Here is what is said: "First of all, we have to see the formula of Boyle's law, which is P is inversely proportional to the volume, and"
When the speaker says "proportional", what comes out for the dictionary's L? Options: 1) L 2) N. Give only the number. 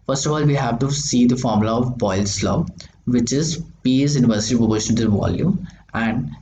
2